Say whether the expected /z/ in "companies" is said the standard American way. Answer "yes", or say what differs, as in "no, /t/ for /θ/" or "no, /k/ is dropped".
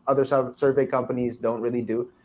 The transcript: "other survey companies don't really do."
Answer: yes